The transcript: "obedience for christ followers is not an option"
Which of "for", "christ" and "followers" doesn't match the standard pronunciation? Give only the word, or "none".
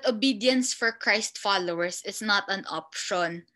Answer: followers